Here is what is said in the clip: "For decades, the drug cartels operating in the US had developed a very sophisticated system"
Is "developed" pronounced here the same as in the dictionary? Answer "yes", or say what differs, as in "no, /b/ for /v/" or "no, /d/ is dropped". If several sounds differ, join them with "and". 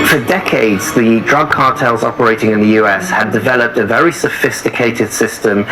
yes